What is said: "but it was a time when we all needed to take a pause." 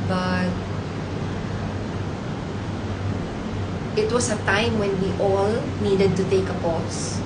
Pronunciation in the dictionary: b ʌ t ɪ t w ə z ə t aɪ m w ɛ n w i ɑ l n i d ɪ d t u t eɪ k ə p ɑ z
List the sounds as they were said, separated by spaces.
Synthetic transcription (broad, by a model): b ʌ t ɪ t w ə s ə t aɪ m w ɛ n w i ɑ l n i d ɪ d t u t eɪ k ə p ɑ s